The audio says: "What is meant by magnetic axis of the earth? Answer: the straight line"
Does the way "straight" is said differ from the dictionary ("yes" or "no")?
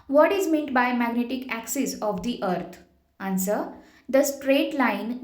no